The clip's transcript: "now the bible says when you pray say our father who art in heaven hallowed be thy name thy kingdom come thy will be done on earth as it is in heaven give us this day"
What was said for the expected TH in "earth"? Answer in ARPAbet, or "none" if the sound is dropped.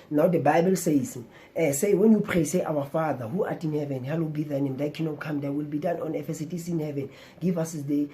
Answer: F